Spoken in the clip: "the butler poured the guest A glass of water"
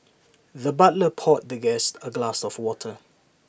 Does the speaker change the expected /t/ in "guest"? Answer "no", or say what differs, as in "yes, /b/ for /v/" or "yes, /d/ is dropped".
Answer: no